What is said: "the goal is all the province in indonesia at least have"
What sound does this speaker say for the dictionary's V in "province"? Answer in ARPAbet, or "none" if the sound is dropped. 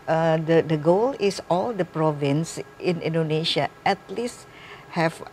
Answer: V